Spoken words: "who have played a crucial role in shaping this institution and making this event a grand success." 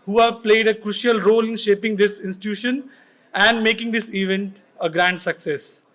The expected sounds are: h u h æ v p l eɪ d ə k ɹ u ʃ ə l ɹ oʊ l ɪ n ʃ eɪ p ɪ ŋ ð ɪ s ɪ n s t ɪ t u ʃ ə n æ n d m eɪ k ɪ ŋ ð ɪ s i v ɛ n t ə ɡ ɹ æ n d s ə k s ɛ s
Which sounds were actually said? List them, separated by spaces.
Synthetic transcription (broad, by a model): h u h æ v p l eɪ d ə k ɹ u ʃ ə l ɹ oʊ l ɪ n ʃ eɪ p ɪ ŋ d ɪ s ɪ n s t ɪ t u ʃ ə n æ n d m eɪ k ɪ ŋ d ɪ s i v ɛ n t ə ɡ ɹ æ n d s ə k s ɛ s